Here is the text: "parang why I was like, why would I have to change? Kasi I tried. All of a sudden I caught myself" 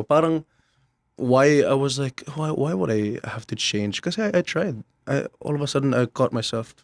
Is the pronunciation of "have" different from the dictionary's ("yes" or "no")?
yes